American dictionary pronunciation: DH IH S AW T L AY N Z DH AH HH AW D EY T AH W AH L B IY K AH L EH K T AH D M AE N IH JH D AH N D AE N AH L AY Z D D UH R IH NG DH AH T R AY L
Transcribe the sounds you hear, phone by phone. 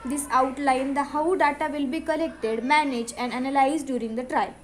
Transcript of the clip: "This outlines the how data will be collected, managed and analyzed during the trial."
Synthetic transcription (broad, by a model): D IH S AW T L AY N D AH HH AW D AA T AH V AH L B IY K AH L EH K T AH D M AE N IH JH AH N D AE N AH L AY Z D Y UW R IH NG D AH T R AY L